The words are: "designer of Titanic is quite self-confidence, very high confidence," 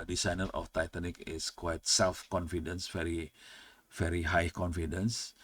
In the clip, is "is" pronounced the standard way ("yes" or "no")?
no